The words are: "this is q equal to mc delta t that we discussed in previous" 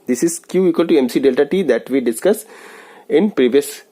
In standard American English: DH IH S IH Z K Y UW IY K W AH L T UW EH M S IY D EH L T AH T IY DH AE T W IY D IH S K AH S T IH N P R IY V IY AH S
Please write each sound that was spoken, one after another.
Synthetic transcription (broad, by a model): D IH S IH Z K Y UW IY K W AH L T UW EH M S IY D EH L T AH T IY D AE T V IY D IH S K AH S IH N P R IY V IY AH S